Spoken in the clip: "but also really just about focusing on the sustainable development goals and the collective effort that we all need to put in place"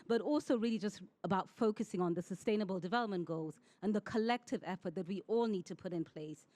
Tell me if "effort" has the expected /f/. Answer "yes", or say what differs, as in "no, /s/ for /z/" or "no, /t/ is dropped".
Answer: yes